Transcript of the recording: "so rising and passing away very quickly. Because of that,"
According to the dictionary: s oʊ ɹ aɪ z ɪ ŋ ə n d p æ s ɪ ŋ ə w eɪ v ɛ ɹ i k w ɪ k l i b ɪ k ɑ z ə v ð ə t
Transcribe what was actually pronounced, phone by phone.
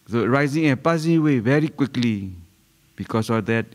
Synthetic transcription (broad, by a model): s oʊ ɹ aɪ z ɪ ŋ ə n p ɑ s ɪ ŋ ə w eɪ v ɛ ɹ i k w ɪ k l i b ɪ k ɑ s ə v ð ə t